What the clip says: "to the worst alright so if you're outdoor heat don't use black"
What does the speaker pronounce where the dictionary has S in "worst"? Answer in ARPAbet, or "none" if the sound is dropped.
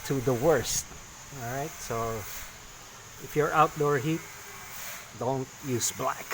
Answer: S